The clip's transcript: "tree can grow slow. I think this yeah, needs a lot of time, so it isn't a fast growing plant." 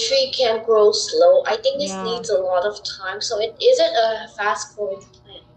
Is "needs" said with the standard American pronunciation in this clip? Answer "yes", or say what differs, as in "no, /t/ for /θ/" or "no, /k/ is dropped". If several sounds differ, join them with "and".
yes